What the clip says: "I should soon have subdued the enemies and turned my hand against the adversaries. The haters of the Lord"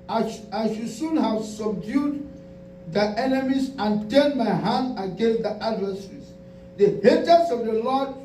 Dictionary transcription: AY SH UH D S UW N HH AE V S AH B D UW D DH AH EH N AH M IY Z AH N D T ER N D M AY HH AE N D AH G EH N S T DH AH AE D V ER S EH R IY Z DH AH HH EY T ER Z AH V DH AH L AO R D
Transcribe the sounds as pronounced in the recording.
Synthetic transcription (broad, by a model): AY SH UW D S UW N HH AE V S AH B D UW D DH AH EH N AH M IY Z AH N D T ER N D M AY HH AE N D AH G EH N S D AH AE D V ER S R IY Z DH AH HH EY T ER S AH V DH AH L AO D